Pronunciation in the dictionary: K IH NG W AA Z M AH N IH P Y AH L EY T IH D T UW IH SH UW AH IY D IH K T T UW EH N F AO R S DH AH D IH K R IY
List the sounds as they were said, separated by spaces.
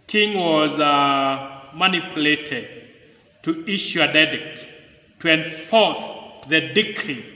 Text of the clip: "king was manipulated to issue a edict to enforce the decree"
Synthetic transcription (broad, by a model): K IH NG W AA Z M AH N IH P Y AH L EY T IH D T UW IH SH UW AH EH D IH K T T UW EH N F AO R S DH AH D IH K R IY